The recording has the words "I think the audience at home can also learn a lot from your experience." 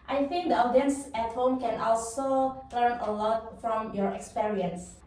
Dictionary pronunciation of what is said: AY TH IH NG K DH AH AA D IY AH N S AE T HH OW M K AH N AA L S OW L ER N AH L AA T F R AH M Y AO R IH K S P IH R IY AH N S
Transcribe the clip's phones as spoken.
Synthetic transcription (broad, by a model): AY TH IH NG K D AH AA D IY AH N S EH T HH OW M K AH N AA L S OW L ER N AH L AA T F R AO M Y AO R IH K S P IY R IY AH N S